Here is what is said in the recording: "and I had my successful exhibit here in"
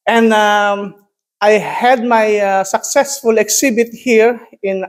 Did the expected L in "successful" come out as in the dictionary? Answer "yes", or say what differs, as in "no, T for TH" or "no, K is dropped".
yes